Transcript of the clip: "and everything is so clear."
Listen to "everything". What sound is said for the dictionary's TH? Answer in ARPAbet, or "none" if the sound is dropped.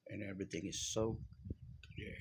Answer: TH